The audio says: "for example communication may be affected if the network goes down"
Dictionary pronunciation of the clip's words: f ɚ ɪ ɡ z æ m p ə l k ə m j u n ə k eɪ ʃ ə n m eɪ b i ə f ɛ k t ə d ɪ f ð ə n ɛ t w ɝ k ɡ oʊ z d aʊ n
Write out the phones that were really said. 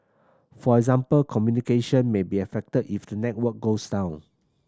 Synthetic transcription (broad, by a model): f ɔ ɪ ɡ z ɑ m p ə l k ə m j u n ə k eɪ ʃ ə n m eɪ b i ə f ɛ k t ə d ɪ f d ə n ɛ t w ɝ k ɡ oʊ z d aʊ n